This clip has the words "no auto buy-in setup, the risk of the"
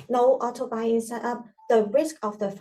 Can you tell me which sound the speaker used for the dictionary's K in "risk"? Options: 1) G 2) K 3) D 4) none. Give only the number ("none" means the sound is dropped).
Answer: 2